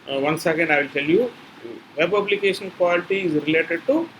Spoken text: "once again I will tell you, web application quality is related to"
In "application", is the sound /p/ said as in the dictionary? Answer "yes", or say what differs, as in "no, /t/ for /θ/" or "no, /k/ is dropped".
no, /b/ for /p/